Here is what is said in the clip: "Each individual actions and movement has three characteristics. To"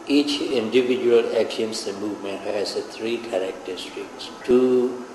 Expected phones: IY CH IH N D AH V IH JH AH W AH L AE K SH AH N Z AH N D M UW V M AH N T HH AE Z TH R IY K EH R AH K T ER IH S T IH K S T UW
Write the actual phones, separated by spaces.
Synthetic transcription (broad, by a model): IY CH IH N D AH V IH JH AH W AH L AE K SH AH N S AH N M UW V M AH N T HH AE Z T R IY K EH R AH K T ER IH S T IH K S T UW